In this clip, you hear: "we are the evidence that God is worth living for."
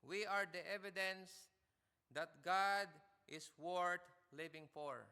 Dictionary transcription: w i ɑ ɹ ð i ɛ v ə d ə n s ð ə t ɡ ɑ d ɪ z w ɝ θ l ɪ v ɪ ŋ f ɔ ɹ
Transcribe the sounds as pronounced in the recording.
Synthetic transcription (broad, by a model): w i ɑ ɹ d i ɛ v ə d ə n s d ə t ɡ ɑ d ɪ s w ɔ t l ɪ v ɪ ŋ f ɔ ɹ